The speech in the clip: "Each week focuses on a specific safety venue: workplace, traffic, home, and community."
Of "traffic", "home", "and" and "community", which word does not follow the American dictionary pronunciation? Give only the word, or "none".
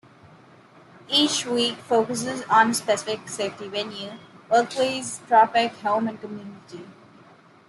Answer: traffic